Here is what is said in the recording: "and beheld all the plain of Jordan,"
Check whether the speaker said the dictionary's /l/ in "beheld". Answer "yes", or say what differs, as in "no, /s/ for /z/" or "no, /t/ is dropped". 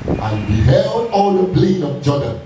yes